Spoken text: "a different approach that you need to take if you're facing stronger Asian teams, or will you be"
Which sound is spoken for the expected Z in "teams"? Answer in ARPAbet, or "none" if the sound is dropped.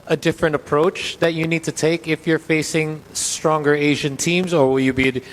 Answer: Z